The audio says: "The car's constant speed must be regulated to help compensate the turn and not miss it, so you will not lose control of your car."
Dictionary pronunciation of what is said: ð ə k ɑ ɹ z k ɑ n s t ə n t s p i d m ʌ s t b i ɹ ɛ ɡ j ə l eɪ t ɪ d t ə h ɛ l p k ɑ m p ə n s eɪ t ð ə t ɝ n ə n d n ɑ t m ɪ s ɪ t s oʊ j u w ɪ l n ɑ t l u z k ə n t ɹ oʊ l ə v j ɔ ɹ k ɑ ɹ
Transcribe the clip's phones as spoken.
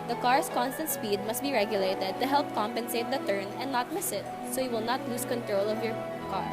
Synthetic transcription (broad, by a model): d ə k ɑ ɹ s k ɑ n s t ə n t s p i d m ʌ s t b i ɹ ɛ ɡ j ə l eɪ t ɪ d t ə h ɛ l p k ɑ m p ə n s eɪ t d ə t ɝ n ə n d n ɑ t m ɪ s ɪ t s oʊ j u w ɪ l n ɑ t l u s k ə n t ɹ oʊ l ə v j ɔ ɹ k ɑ ɹ